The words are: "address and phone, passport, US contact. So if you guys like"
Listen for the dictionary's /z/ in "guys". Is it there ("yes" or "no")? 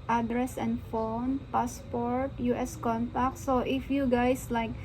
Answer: no